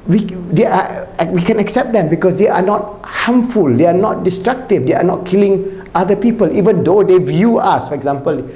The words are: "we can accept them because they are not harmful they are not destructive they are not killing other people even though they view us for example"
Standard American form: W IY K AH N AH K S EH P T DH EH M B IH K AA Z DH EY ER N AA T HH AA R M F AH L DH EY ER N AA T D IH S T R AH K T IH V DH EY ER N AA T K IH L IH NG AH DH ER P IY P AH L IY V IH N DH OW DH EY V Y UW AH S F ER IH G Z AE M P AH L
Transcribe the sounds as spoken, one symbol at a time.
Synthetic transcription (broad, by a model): W IY K AH N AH K S EH P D EH M B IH K AA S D EY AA N AA T HH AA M F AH L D EY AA N AA T D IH S T R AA K T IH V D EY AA N AA T K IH L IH NG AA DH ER P IY P AH L IY V IH N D OW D EY V Y UW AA S F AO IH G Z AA M P AH L